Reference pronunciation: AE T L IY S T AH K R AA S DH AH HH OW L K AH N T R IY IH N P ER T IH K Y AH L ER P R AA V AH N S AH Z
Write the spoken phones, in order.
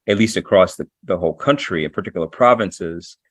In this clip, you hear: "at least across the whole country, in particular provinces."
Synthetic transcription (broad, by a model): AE T L IY S T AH K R AA S DH AH HH OW L K AH N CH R IY IH N P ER T IH K Y L ER P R AA V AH N S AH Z